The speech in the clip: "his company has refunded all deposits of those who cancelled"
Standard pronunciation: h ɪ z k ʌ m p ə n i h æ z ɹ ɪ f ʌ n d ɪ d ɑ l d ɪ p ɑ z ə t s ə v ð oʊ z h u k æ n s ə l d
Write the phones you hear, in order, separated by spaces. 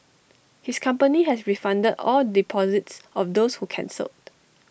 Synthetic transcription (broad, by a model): h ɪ s k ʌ m p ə n i h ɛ s ɹ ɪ f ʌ n d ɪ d ɑ l d ɪ p ɑ z ə t s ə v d oʊ s h u k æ n s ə l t